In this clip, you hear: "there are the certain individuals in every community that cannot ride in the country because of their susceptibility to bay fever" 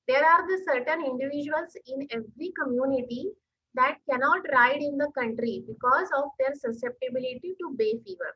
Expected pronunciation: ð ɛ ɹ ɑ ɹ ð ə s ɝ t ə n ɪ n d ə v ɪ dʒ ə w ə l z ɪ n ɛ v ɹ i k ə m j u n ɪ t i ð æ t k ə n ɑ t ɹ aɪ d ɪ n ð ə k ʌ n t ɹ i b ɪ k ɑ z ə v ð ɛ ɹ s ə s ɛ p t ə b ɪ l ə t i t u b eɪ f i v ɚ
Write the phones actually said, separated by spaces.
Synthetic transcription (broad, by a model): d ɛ ɹ ɑ ɹ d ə s ɝ t ə n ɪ n d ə v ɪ dʒ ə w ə l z ɪ n ɛ v ɹ i k ə m j u n ɪ t i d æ t k ə n ɑ t ɹ aɪ d ɪ n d ə k ʌ n t ɹ i b ɪ k ɑ z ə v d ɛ ɹ s ə s ɛ p t ə b ɪ l ə t i t u b eɪ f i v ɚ